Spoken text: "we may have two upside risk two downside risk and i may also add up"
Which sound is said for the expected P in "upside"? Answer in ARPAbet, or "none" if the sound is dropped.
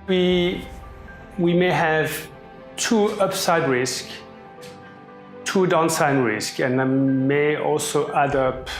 P